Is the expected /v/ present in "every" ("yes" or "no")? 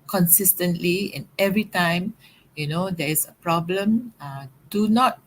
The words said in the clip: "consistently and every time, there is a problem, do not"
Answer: yes